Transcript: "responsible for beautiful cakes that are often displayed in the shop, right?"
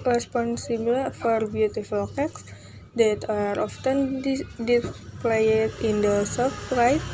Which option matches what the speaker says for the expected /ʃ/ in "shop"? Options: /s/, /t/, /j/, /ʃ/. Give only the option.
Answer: /s/